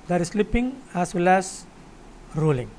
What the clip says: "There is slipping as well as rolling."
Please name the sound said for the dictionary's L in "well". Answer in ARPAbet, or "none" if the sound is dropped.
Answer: L